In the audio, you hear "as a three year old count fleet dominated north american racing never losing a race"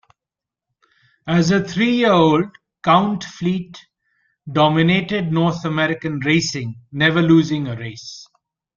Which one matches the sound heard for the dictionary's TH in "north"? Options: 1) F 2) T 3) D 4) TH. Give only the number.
2